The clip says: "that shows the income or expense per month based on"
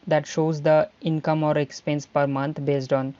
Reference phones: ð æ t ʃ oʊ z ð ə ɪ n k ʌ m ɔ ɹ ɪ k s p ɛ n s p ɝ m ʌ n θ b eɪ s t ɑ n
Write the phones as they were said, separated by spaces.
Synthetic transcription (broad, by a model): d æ t ʃ oʊ z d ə ɪ n k ʌ m ɔ ɹ ɪ k s p ɛ n s p ɝ m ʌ n t b eɪ s t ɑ n